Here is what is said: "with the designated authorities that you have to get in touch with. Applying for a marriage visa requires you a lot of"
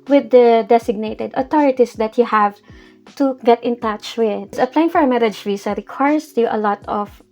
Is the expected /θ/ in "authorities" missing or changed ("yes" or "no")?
yes